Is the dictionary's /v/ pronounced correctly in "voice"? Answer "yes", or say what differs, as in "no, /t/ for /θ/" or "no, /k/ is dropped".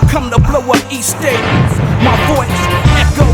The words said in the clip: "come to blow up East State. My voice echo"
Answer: no, /b/ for /v/